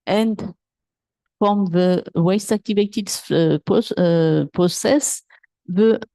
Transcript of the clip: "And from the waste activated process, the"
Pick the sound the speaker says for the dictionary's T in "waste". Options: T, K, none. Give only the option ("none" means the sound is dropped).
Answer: T